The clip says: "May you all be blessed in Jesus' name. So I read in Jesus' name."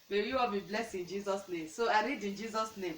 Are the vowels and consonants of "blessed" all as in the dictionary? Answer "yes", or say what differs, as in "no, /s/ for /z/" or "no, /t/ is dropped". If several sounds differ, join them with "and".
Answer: no, /t/ is dropped